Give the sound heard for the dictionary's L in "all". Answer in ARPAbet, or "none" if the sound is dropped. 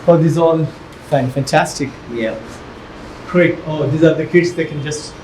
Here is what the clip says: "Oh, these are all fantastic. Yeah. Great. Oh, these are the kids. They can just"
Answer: N